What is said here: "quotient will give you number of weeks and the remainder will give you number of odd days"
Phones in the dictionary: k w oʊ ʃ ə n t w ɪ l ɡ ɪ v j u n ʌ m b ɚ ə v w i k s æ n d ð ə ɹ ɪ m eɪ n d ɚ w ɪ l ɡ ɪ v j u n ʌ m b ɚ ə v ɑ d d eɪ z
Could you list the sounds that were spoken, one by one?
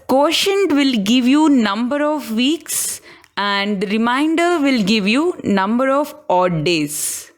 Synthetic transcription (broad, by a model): k oʊ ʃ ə n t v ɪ l ɡ ɪ v j u n ʌ m b ɚ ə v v i k s æ n d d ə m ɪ ɪ n d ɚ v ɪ l ɡ ɪ v j u n ʌ m b ɚ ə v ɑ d d eɪ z